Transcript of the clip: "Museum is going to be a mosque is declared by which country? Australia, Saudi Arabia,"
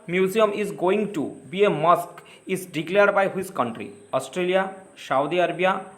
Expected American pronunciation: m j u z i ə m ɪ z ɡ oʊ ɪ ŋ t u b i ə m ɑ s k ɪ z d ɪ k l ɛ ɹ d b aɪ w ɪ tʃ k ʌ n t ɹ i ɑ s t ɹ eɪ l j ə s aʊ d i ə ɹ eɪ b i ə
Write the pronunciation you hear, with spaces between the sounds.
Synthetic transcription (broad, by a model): m j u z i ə m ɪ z ɡ oʊ ɪ ŋ t u b i ə m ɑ s k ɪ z d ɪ k l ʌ ɹ d b aɪ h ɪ s k ʌ n t ɹ i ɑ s t ɹ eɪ l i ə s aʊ d i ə ɹ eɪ b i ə